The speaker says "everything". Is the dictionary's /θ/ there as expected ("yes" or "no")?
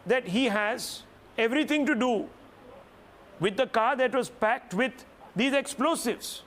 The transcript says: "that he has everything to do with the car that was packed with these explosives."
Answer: no